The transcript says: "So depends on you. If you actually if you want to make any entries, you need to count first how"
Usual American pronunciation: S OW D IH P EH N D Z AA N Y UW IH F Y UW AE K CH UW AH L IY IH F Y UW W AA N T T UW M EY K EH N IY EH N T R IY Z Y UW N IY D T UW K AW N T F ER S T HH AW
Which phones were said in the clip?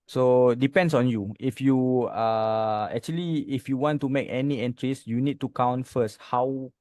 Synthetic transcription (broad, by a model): S OW D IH P EH N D S AA N Y UW IH F Y UW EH K CH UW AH L IY IH F Y UW W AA N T T UW M EY K EH N IY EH N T R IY S Y UW N IY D T UW K AW N T F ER S T HH AW